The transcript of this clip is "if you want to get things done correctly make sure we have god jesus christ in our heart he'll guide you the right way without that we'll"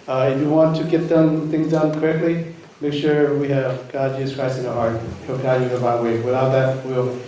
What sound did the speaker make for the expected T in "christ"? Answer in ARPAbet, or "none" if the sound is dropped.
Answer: none